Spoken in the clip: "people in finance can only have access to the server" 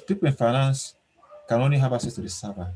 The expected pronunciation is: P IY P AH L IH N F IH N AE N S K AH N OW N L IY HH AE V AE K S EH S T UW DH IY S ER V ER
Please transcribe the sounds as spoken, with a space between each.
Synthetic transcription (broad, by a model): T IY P IH N F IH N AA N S K AH N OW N IY HH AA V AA S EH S T UW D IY S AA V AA